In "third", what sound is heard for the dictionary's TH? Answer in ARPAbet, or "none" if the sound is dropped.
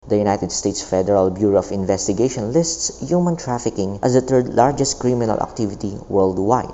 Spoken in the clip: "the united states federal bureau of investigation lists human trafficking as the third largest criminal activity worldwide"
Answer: T